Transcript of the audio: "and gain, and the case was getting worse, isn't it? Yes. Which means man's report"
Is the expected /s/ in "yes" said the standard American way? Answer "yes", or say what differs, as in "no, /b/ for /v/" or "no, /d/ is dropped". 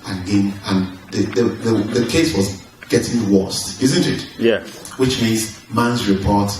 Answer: no, /s/ is dropped